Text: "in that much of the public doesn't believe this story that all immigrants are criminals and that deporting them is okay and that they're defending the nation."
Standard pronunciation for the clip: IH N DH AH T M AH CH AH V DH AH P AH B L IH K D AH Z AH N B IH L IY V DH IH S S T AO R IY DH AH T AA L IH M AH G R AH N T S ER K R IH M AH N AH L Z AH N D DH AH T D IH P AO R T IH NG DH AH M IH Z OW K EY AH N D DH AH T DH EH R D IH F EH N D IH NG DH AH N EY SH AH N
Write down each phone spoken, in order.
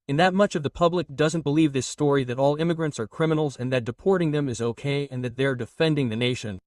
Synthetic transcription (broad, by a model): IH N DH AH T M AH CH AH V DH AH P AH B L IH K D AH Z AH N B IH L IY V DH IH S S T AO R IY DH AH T AA L IH M AH G R AH N T S ER K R IH M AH N L Z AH N DH AH T D IH P AO R T IH NG DH AH M IH Z OW K EY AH N DH AH T DH EH R D IH F EH N D IH NG DH AH N EY SH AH N